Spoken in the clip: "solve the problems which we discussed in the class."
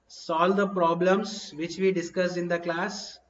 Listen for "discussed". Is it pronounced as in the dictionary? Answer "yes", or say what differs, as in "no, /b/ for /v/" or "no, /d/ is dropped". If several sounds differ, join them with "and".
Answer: no, /t/ is dropped